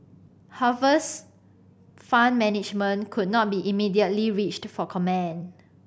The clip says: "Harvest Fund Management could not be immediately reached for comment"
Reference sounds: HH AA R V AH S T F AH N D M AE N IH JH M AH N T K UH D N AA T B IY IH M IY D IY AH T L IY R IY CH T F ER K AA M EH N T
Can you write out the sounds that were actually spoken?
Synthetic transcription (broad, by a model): HH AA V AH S F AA N M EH N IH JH M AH N K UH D N AA T B IY IH M IY D IY AH T L IY R IY CH T F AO K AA M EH N